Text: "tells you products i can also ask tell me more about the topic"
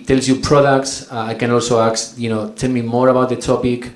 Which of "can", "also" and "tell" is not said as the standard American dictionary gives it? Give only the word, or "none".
none